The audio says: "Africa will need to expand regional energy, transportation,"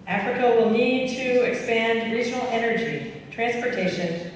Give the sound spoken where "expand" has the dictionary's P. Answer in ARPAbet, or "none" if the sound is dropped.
P